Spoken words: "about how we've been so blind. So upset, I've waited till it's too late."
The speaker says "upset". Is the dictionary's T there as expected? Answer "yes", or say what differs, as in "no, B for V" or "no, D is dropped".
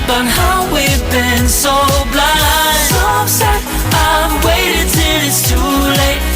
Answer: no, T is dropped